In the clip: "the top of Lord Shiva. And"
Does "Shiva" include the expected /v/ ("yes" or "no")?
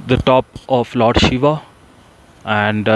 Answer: yes